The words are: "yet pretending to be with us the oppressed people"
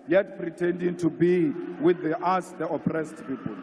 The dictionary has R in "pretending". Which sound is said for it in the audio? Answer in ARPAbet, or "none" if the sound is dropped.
R